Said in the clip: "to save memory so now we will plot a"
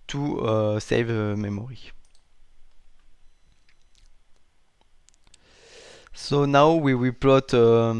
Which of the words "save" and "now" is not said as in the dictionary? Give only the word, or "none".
none